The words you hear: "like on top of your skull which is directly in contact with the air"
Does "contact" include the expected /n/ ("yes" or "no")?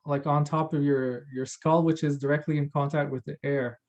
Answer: yes